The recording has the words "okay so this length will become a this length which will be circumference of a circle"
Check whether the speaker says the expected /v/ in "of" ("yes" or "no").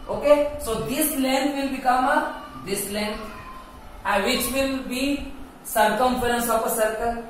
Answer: no